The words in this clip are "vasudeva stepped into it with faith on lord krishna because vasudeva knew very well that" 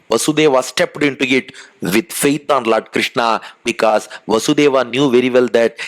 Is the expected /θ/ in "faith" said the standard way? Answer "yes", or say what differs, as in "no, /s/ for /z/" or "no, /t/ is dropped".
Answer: no, /t/ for /θ/